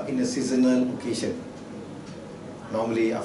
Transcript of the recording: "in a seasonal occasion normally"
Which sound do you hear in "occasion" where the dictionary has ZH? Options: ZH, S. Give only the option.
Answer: S